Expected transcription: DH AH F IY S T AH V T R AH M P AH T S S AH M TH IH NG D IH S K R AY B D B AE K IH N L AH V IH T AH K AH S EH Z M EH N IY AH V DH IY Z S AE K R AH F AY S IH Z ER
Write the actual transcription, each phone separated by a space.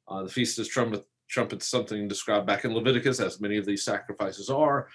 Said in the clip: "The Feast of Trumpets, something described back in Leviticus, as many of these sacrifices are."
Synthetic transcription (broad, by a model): DH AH F IY S T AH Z T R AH M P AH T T S AH M TH IH NG D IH S K R AY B B AE K IH N L AH V IH T AH K AH S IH Z M EH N IY AH V DH IY Z S AE K R AH F AY S IH Z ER